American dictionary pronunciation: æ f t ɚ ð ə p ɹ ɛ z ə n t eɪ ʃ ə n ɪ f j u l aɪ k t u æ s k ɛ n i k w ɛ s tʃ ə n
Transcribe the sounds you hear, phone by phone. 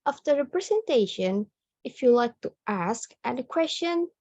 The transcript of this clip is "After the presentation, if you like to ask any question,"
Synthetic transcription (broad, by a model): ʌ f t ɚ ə p ɹ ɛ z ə n t eɪ ʃ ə n ɪ f j u l aɪ k t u æ s k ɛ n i k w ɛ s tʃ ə n